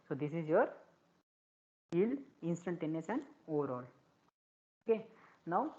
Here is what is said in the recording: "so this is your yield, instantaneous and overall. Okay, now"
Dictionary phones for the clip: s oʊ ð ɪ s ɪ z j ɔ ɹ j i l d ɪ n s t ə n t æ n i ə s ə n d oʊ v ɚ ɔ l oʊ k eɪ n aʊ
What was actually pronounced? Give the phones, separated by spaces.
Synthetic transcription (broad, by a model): s oʊ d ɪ s ɪ z j ɔ ɹ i l ɪ n s t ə n t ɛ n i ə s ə n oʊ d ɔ l oʊ k eɪ n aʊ